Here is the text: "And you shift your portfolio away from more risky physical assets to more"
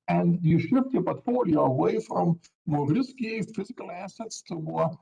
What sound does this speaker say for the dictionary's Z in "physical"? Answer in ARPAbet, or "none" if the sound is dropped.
Z